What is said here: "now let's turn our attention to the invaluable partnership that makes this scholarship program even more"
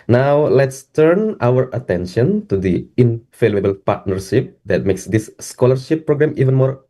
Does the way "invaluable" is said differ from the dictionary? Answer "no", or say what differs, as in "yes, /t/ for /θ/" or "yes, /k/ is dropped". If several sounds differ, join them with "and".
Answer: yes, /f/ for /v/